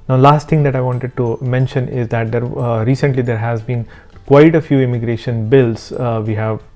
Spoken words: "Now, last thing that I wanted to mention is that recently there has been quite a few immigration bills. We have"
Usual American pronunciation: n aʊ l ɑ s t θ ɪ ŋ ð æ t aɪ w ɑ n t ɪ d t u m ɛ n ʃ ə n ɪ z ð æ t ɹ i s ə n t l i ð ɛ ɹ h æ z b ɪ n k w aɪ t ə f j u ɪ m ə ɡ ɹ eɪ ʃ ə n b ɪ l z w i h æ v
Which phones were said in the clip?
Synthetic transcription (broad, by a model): n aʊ l ɑ s t t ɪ ŋ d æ t aɪ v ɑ n t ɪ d t u m ɛ n ʃ ə n ɪ z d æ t ɹ i s ə n t l i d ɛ ɹ h æ z b ɪ n k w aɪ t ə f j u ɪ m ə ɡ ɹ eɪ ʃ ə n b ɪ l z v i h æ v